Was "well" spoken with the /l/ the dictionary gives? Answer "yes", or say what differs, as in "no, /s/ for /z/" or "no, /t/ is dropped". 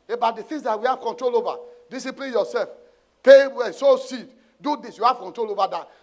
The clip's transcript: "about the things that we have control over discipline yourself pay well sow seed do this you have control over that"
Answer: no, /n/ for /l/